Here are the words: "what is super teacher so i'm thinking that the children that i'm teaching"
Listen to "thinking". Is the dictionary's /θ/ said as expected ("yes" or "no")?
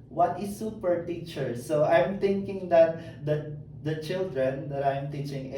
no